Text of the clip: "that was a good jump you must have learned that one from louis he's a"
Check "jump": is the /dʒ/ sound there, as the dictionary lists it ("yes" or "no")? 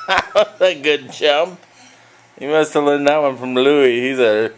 no